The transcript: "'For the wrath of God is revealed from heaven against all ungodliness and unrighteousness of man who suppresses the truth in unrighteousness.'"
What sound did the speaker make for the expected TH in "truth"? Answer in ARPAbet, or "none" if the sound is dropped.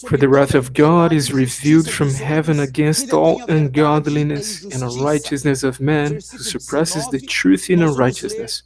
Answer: TH